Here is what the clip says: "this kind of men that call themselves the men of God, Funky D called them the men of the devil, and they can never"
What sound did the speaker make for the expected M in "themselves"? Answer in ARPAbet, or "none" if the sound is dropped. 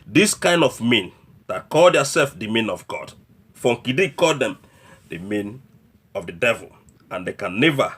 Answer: none